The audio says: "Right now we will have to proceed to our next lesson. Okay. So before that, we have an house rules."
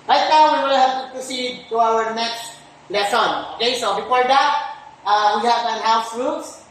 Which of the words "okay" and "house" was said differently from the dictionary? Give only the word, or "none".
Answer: none